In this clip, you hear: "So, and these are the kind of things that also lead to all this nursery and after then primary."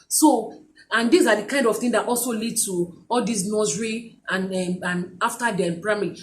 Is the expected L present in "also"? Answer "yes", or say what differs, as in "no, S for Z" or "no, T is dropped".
yes